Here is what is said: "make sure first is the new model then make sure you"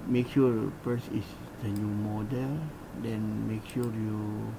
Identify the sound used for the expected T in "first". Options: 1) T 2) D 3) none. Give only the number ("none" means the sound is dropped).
3